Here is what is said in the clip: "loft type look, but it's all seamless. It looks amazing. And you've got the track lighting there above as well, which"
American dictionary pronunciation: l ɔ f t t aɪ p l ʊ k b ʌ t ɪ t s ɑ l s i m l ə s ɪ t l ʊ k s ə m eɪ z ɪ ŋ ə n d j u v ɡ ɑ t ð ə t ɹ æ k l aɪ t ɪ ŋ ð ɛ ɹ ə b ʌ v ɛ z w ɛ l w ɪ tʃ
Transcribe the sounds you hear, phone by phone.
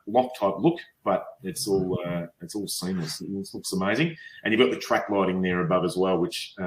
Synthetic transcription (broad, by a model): l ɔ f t t aɪ p l ʊ k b ʌ t ɪ t s ɑ l s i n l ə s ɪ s l ʊ k s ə m eɪ z ɪ ŋ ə n j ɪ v ɡ ɑ t ð ə t ɹ æ k l aɪ t ɪ ŋ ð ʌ ɹ ə b ʌ v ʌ z w ɛ l w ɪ tʃ